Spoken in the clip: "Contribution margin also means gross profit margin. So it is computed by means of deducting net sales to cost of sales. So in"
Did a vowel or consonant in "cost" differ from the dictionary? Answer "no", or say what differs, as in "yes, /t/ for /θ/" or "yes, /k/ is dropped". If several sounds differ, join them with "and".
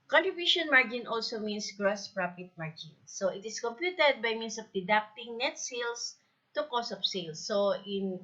yes, /t/ is dropped